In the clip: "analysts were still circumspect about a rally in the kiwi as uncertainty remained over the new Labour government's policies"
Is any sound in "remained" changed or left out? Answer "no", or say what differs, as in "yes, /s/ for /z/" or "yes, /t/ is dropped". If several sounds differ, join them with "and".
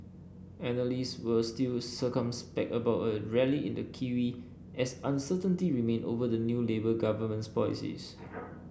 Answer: yes, /d/ is dropped